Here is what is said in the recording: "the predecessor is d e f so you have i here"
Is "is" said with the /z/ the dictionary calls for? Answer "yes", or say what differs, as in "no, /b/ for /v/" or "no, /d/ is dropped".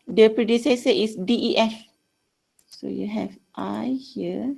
no, /s/ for /z/